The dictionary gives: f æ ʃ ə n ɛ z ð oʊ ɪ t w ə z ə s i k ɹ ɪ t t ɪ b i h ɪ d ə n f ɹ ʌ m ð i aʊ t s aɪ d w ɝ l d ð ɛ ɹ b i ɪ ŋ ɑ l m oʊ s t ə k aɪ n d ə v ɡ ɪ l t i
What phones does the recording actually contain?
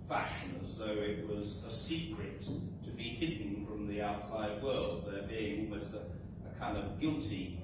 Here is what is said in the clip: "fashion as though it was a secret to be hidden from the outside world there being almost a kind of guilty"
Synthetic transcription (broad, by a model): f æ ʃ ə n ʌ z ð oʊ ɪ t w ə z ə s i k ɹ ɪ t t ɪ b i h ɪ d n f ɹ ʌ m ð i aʊ t s aɪ d w ɝ l d ð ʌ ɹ b i ɪ ŋ ɑ l m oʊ s t ə k aɪ n d ə v ɡ ɪ l t i